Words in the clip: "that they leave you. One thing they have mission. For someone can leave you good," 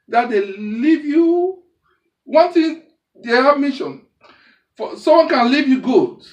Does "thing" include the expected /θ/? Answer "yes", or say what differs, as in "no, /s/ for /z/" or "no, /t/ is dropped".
no, /t/ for /θ/